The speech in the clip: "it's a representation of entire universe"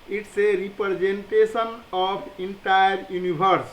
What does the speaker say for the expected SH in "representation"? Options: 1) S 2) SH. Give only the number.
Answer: 1